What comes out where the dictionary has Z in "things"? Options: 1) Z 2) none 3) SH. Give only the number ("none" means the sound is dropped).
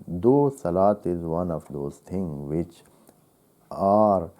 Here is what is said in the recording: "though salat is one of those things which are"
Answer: 2